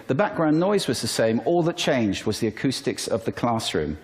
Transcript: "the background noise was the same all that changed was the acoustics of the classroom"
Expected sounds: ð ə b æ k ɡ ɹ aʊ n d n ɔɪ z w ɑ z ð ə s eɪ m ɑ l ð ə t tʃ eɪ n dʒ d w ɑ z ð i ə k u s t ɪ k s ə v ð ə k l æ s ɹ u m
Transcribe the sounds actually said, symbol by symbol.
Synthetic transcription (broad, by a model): ð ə b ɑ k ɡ ɹ aʊ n n ɔɪ z w ɑ z ð ə s eɪ m ɑ l ð ə t tʃ eɪ n dʒ d w ɑ z ð i ə k u s t ɪ k s ə v ð ə k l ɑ s ɹ u m